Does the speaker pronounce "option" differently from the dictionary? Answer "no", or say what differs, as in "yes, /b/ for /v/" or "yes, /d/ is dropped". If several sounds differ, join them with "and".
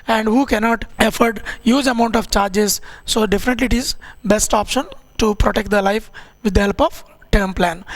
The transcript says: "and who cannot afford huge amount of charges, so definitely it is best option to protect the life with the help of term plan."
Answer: no